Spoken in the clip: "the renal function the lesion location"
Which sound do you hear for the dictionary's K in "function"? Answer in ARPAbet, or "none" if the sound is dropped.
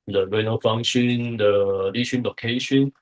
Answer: none